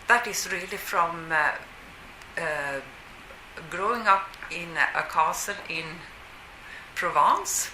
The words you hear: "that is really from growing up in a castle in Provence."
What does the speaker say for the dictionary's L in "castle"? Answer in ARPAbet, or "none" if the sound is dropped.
N